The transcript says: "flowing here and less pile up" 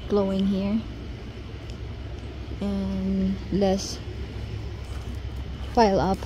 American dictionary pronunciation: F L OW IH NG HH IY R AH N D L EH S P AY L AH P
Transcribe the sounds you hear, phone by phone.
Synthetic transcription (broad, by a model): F L OW IH NG HH IY R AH N L EH S F AY L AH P